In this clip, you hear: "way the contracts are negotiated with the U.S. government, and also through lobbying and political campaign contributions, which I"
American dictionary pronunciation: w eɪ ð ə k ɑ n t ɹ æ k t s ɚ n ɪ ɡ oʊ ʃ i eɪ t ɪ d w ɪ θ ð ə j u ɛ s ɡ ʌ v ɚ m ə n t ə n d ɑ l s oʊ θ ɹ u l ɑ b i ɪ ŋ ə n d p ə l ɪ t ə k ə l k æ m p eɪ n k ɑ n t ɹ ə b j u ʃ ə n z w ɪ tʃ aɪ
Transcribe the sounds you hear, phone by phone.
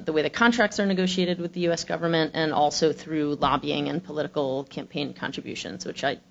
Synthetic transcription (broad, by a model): w eɪ ð ə k ɑ n t ɹ æ k t s ɚ n ɪ ɡ oʊ ʃ i eɪ t ɪ d w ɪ ð ə j u ɛ s ɡ ʌ v ɚ m ə n t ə n ɑ l s oʊ θ ɹ u l ɑ b i ɪ ŋ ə n p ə l ɪ t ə k l k æ m p eɪ n k ɑ n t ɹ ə b j u ʃ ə n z w ɪ tʃ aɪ